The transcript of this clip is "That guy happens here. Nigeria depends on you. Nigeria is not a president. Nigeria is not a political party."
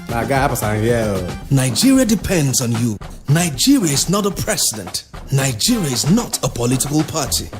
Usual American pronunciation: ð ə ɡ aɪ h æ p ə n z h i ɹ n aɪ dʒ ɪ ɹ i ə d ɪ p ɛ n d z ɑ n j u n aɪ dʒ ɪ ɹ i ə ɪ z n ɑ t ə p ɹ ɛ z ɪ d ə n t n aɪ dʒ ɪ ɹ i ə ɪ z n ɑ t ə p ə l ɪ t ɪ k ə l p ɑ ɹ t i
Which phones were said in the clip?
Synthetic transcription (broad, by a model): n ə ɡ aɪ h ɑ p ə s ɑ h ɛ l n aɪ dʒ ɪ ɹ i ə d ɪ p ɛ n d z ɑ n j u n aɪ dʒ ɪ ɹ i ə ɪ z n ɑ t ə p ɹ ɛ s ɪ d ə n t n aɪ dʒ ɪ ɹ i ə ɪ z n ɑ t ə p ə l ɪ t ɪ k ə l p ɑ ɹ t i